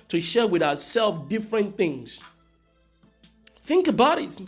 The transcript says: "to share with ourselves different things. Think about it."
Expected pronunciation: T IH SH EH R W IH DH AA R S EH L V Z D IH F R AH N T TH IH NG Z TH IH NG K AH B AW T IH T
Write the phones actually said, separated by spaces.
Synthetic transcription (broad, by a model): T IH SH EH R W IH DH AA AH S EH L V D IH F R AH N TH IH NG Z TH IH NG K AH B AW T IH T